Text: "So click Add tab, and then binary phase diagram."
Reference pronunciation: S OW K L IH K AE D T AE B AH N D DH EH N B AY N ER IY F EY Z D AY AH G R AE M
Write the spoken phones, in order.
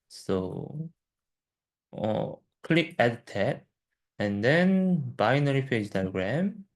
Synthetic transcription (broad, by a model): S OW K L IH K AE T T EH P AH N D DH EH N B AY N ER IY P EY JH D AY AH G R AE M